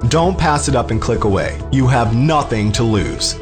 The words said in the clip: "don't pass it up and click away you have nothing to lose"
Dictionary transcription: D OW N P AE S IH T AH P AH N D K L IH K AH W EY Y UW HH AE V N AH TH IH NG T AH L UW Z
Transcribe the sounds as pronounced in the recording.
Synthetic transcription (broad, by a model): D OW N P AE S IH T AH P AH N K L IH K AH W EY Y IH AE V N AH TH IH NG T AH L UW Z